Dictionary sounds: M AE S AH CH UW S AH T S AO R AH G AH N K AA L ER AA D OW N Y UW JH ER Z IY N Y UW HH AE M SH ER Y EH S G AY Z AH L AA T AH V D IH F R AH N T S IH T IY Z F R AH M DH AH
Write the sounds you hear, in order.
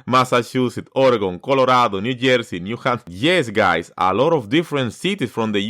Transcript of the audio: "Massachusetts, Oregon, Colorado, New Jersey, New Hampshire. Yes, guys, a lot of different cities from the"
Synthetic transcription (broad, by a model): M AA S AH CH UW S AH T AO R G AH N K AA L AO AA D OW N Y UW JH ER S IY N Y UW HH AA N Y EH S G AY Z AH L AA T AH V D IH F R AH N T S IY T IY S F R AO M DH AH